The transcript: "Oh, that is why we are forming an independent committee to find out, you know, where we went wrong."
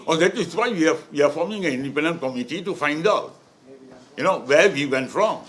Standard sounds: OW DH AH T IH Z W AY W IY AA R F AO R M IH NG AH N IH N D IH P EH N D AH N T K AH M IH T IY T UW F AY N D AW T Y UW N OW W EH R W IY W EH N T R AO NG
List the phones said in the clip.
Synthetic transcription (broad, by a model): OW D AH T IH S W AY W IY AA W F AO M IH NG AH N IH N D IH P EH N D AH N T K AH M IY T IY T UW F AY N D AW T Y UW N OW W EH W IY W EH N T R AO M